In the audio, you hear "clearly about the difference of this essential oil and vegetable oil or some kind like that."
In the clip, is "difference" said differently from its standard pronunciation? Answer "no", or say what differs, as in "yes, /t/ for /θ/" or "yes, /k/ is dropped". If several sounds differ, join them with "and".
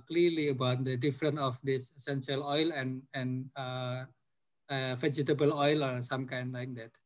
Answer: yes, /s/ is dropped